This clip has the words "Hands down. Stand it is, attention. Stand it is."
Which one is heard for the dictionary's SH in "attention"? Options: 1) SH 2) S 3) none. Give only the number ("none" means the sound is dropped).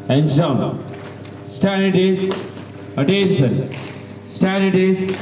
2